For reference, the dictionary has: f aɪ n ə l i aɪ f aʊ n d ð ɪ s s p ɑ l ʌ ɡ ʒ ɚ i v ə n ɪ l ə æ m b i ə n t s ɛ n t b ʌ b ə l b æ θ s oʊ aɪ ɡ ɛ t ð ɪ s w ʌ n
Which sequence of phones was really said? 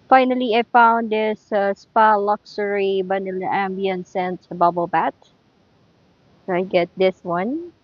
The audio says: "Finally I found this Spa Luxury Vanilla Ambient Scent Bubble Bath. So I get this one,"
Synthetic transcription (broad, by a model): f aɪ n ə l i aɪ f aʊ n d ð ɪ s s p ɑ l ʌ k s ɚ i b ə n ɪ l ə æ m b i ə n s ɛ n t b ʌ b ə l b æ t s oʊ aɪ ɡ ɛ t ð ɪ s w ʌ n